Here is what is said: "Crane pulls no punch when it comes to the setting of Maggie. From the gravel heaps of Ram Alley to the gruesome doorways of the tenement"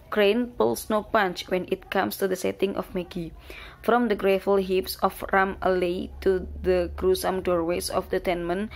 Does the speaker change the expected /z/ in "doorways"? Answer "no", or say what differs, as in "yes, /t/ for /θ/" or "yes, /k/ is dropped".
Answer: yes, /s/ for /z/